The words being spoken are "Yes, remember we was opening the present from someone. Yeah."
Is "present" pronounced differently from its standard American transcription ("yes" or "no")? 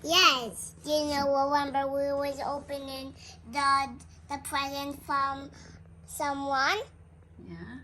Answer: no